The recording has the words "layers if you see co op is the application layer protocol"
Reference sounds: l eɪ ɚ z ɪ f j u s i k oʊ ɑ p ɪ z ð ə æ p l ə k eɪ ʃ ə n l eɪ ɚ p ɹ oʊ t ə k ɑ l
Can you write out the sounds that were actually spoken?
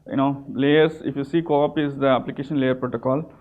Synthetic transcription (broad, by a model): l eɪ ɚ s ɪ f j u s i k oʊ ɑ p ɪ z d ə æ p l ə k eɪ ʃ ə n l eɪ ɚ p ɹ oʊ t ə k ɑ l